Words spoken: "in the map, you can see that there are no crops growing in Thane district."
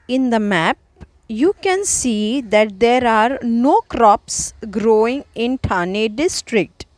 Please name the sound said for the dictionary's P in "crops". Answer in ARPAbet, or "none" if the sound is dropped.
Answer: P